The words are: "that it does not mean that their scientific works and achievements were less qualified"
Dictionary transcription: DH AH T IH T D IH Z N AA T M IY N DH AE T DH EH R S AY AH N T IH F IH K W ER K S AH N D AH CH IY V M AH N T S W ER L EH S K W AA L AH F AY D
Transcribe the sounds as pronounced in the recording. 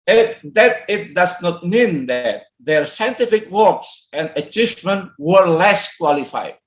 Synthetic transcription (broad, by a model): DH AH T IH T D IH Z N AA T M IY N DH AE T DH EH R S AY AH N T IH F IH K W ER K S AH N D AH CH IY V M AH N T W ER L EH S K W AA L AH F AY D